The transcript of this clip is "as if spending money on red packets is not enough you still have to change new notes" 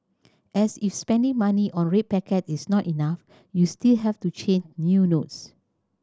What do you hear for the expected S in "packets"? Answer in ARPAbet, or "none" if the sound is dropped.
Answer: none